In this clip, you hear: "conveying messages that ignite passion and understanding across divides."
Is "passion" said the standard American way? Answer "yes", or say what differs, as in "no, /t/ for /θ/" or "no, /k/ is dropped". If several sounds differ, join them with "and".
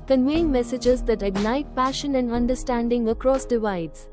yes